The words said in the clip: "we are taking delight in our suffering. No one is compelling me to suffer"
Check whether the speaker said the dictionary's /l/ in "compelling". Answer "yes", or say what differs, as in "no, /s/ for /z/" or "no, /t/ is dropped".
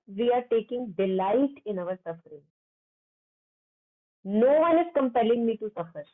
yes